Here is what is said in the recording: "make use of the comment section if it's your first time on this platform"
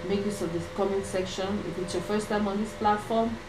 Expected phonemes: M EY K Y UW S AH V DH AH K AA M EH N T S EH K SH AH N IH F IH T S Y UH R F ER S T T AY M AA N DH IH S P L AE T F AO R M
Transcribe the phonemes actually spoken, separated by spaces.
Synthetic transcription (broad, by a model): M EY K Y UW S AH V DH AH K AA M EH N S EH K SH AH N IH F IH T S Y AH F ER S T T AY M AA N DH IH S P L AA T F AO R M